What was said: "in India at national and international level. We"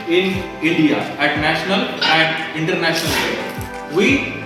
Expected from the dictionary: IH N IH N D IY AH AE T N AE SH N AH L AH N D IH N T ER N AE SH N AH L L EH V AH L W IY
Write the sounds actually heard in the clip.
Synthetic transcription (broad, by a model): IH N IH N D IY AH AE T N AE SH N AH L AH N D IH N T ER N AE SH N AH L L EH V IY